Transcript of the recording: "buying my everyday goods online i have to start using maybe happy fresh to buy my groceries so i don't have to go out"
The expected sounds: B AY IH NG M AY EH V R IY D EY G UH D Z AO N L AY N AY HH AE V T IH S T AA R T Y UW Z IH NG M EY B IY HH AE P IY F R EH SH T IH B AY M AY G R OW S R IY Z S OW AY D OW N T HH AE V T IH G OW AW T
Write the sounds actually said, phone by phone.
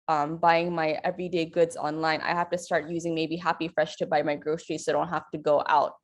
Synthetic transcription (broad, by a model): B AY IH NG M AY EH V R IY D EY G UH D Z AO N L AY N AY HH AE F T IH S T AA R T Y UW Z IH NG M EY B IY HH AE P IY F R EH SH T IH B AY M AY G R OW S R IY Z S OW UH D OW N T HH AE F T IH G OW AW T